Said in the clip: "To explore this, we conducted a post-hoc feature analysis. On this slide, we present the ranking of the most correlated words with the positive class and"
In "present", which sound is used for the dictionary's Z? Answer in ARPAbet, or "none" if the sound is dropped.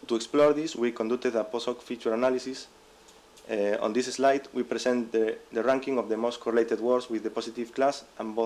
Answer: S